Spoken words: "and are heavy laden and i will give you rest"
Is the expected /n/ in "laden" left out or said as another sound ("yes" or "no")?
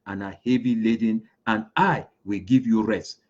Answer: no